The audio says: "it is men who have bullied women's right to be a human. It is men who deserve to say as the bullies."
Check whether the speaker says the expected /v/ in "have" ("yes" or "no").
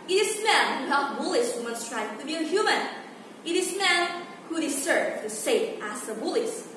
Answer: no